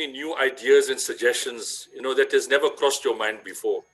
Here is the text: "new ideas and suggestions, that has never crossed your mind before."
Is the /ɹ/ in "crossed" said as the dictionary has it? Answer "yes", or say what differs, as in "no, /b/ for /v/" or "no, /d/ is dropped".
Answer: yes